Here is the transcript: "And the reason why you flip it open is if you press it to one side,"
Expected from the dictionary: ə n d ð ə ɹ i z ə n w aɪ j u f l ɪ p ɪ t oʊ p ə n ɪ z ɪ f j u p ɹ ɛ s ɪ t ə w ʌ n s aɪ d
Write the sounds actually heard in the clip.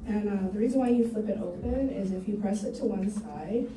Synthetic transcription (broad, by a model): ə n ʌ ð ə ɹ i z ə n w aɪ j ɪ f l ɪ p ɪ t oʊ p ə n ɪ z ɪ f j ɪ p ɹ ɛ s ɪ t ə w ʌ n s aɪ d